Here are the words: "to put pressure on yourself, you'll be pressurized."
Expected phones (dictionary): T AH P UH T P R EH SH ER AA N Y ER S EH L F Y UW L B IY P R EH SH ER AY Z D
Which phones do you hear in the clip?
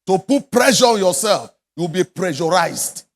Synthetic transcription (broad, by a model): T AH P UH T P R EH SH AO AA N Y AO S EH L F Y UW W B IY P R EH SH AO AY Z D